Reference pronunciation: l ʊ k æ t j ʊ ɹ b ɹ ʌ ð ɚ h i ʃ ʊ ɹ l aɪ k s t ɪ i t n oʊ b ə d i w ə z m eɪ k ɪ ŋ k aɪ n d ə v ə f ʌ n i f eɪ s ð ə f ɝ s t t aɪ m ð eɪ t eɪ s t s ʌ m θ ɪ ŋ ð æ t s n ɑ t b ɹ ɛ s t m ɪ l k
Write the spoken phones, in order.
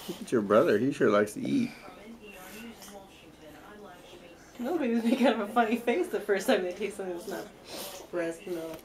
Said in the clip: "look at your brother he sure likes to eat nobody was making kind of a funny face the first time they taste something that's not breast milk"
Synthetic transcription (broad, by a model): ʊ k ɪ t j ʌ ɹ b ɹ ʌ ð ɚ h i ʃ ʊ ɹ l aɪ k s t ɪ i t n oʊ b ə d i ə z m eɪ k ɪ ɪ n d ə v ə f ʌ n i f eɪ s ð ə f ɝ s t t aɪ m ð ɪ t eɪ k s ʌ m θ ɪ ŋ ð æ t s n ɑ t b ɹ ɛ s t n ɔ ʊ